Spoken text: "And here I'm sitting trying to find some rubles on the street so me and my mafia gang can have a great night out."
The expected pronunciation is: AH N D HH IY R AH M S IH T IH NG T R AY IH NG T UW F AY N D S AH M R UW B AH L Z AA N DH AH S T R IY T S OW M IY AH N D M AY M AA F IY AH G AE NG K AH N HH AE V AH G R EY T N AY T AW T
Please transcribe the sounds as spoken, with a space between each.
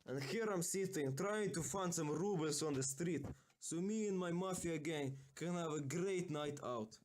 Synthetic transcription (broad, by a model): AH N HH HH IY R AH M S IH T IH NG T R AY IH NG T UW F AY N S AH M R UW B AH L S AA N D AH S T R IY T S OW M IY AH N M AY M AA F IY AH G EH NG K AH N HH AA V AH G R EY T N AY T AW T